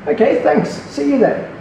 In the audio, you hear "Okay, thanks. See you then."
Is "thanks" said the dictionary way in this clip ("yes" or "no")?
yes